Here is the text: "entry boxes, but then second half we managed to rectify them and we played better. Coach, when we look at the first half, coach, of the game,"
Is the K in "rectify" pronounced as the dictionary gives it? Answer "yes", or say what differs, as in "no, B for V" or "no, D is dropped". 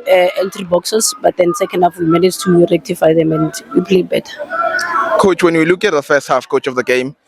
yes